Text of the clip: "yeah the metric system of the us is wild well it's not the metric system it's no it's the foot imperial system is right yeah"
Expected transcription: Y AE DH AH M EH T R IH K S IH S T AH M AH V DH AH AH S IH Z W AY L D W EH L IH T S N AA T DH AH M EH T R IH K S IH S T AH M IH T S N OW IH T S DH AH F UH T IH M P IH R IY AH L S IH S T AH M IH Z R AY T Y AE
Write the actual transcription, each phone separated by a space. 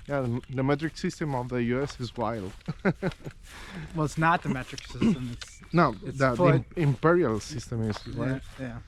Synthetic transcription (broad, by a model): Y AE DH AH M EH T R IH K S IH S T AH M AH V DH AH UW S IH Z W AY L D W EH L IH T S N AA T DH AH M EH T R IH K S IH S T AH M IH T S N OW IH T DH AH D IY IH M P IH R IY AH L S IH S T AH M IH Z W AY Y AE